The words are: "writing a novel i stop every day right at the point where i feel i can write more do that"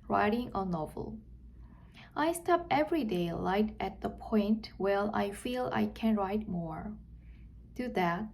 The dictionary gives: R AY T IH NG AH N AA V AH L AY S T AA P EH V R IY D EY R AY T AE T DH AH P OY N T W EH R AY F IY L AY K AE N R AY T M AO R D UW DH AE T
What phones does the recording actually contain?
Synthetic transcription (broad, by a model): R AY T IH NG AH N AA V AH L AY S T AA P EH V R IY D EY L AY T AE T DH AH P OY N T W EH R AY F IY L AY K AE N R AY T M AO R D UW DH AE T